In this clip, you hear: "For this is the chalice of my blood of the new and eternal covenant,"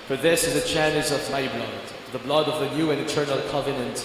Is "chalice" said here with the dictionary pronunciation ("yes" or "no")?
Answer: no